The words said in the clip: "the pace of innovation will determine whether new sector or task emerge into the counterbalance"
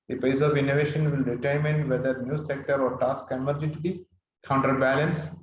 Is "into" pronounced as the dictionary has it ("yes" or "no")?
no